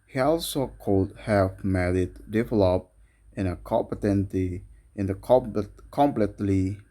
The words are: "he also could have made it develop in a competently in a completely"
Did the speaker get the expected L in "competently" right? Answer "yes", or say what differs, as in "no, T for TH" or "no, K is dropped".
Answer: no, L is dropped